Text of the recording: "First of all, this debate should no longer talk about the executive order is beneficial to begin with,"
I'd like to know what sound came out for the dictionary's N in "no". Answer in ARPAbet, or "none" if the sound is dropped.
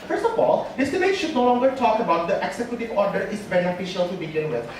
N